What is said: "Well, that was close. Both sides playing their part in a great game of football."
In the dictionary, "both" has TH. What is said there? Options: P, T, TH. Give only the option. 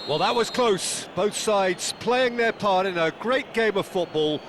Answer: TH